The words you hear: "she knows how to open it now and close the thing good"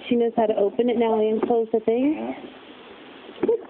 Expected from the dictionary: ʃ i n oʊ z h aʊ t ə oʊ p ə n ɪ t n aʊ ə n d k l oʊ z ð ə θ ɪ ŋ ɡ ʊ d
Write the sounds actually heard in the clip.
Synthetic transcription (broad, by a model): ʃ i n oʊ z h aʊ t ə oʊ p ə n ɪ t n aʊ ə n k l oʊ z ð ə θ ɪ ŋ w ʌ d